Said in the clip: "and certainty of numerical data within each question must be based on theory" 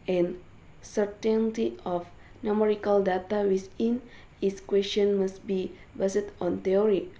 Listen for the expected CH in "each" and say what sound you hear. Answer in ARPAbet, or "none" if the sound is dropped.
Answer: S